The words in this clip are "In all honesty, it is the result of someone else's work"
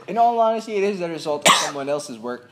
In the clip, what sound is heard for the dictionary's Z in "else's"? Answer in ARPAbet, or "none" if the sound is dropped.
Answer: Z